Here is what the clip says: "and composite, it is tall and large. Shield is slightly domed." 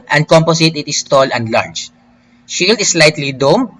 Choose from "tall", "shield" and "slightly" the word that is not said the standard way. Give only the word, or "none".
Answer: none